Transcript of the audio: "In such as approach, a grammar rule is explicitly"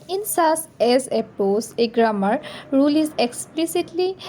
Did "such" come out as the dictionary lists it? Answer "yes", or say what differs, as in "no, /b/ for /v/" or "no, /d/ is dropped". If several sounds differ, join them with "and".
no, /s/ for /tʃ/